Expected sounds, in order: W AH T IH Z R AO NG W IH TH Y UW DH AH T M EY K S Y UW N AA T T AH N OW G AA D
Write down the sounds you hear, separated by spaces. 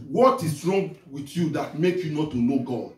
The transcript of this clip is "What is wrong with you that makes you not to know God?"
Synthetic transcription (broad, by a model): W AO T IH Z R AO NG W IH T Y UW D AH T M EY K Y UW N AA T T AH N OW G AA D